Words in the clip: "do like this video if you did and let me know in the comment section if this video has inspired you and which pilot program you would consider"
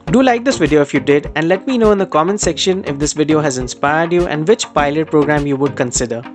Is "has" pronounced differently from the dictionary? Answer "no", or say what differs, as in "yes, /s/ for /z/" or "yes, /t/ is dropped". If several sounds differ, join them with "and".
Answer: no